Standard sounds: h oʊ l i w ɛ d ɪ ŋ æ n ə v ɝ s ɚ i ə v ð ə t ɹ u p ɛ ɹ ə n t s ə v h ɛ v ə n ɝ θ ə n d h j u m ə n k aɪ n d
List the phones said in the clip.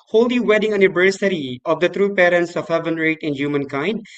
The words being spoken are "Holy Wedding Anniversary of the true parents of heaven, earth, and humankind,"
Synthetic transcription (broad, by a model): h oʊ l i w ɛ d ɪ ŋ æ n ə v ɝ s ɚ i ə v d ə t ɹ u p ɛ ɹ ə n t s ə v h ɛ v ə n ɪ t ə n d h j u m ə n k aɪ n d